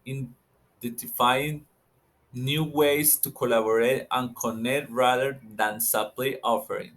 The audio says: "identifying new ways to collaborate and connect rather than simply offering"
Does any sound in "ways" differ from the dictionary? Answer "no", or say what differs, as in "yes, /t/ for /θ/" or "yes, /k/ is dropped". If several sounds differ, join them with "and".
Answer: yes, /s/ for /z/